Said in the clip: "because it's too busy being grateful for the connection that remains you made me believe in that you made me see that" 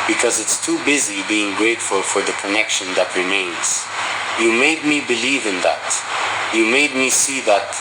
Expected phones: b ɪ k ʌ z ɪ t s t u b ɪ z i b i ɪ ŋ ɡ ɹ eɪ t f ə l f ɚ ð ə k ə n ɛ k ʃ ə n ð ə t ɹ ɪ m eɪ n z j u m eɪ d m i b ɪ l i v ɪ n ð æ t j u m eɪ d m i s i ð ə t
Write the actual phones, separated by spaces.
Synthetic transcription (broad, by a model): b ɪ k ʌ z ɪ t s t u b ɪ z i b i ɪ ŋ ɡ ɹ eɪ t f ə l f ɚ ð ə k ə n ɛ k ʃ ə n ð ə t ɹ ɪ m eɪ n z j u m eɪ d m i b ɪ l i v ɪ n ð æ t j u m eɪ d m i s i ð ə t